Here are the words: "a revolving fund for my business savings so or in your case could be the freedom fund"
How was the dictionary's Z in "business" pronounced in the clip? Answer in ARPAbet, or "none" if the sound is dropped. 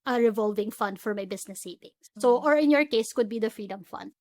S